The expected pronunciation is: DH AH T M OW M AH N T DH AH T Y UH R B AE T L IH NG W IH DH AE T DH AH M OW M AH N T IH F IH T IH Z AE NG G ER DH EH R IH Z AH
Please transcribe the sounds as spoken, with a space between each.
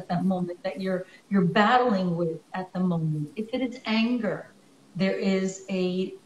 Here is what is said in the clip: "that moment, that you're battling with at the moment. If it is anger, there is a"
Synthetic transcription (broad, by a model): DH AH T M OW M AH N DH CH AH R Y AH R B AE T L IH NG W IH DH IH T DH AH M OW M AH N T IH F IH T IH Z AE NG G ER DH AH R IH Z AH